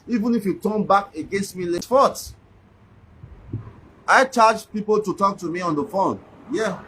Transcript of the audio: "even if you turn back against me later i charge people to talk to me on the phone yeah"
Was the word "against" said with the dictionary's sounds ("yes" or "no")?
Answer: yes